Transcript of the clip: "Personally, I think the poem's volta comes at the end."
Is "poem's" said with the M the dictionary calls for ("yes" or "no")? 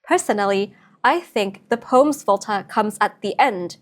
yes